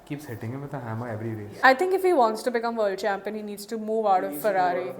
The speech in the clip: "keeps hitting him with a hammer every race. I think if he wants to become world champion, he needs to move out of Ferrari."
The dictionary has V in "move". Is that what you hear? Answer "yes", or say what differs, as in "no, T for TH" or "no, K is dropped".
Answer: yes